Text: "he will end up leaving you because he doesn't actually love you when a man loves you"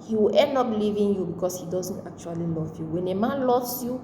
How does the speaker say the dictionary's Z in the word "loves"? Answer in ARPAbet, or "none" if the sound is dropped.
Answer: S